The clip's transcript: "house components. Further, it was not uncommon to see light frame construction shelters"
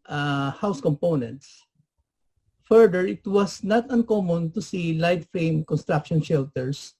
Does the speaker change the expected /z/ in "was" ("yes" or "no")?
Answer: yes